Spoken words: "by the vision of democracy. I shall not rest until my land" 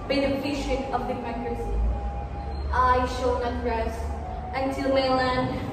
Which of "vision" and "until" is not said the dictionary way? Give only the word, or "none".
vision